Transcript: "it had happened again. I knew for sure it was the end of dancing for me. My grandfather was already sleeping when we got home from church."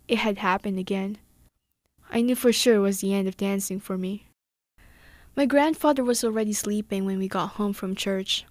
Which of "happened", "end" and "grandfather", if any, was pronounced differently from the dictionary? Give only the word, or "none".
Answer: none